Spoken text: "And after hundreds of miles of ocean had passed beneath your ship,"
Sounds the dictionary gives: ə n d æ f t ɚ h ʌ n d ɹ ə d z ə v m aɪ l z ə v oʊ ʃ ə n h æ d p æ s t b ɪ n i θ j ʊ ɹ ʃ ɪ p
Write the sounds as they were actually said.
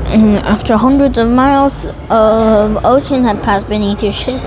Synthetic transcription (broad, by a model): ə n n æ f t ɚ h ʌ n d ɹ ə d z ə v m aɪ l z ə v oʊ ʃ ə n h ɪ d p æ s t b ɪ n i θ j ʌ ɹ ʃ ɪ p